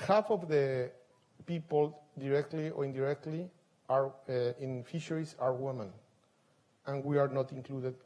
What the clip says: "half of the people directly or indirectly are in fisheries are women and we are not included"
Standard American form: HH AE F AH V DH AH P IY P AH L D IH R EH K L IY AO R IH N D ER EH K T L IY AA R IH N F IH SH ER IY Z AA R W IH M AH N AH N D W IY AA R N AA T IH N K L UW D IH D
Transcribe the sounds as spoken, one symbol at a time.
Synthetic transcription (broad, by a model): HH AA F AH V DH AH P IY P AH L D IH R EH K L IY AO R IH N D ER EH K T L IY AA R IH N F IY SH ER IY S AA R W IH M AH N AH N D W IY AA R N AA T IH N K L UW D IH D